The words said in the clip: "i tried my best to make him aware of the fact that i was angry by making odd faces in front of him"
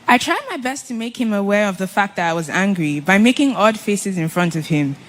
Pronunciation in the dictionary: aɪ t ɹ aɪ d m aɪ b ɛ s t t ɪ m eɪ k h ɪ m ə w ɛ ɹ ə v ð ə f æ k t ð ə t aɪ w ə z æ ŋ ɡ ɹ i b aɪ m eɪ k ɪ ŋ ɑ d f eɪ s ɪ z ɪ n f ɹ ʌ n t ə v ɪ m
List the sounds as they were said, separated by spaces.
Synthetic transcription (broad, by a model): aɪ t ɹ aɪ d m aɪ b ɛ s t t ɪ m eɪ k h ɪ m ə w ɛ ɹ ə v ð ə f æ k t ð ə t aɪ w ə z æ ŋ ɡ ɹ i b aɪ m eɪ k ɪ ŋ ɑ d f eɪ s ɪ z ɪ n f ɹ ʌ n t ə v ɪ m